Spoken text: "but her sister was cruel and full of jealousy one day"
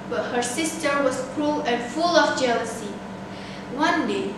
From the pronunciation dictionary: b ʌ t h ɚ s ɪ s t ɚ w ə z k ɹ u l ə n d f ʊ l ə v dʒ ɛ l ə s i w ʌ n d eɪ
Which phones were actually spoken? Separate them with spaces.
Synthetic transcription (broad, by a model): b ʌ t h ɚ s ɪ s t ɚ w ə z k ɹ u l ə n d f ʊ l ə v dʒ ɛ l ə s i w ʌ n d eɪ